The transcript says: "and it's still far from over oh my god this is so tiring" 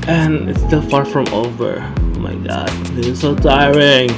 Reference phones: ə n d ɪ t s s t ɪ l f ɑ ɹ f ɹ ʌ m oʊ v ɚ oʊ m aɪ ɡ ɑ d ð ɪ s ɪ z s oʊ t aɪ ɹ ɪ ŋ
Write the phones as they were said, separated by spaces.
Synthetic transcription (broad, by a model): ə n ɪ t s s t ɪ l f ɑ ɹ f ɹ ʌ m oʊ v ɚ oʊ m aɪ ɡ ɑ d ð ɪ s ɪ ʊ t aɪ ɹ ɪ ŋ